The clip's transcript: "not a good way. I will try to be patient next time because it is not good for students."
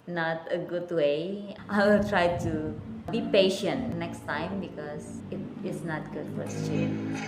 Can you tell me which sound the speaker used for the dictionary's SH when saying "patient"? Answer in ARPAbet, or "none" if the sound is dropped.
SH